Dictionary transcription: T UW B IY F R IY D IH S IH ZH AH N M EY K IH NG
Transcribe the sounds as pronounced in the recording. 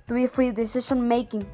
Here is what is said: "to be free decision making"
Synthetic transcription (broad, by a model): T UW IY F R IY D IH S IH SH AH N M EY K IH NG